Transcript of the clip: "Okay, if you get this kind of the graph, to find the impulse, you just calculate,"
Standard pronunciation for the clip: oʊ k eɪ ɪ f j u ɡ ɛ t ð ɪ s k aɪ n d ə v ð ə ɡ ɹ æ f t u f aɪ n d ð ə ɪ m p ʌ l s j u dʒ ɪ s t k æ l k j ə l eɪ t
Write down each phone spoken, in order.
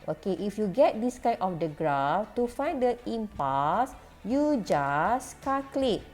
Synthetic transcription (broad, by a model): oʊ k eɪ ɪ f j u ɡ ɛ t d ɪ s k aɪ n ə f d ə ɡ ɹ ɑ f t u f aɪ n d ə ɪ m p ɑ s j u dʒ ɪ s k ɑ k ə l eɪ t